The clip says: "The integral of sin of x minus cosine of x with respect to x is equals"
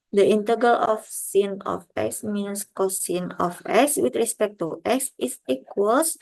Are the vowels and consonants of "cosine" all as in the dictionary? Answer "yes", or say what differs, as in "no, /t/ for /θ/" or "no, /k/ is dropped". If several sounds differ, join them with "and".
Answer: yes